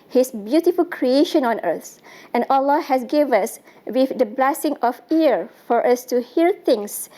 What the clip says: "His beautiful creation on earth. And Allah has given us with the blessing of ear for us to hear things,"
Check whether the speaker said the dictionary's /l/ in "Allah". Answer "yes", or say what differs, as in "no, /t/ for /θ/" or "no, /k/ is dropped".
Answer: yes